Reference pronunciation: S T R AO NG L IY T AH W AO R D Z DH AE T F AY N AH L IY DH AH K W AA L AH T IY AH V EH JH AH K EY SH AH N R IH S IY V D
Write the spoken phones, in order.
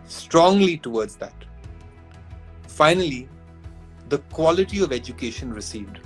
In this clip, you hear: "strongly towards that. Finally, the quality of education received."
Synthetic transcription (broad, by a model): S T R AO NG L IY T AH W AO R D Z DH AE T F AY N AH L IY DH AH K W AA L AH T IY AH V EH JH AH K EY SH AH N R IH S IY V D